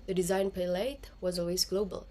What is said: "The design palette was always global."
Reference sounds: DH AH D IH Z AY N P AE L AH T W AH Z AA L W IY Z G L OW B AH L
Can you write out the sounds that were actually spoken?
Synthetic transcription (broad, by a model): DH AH D IH Z AY N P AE L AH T W AH Z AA L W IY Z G L OW B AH L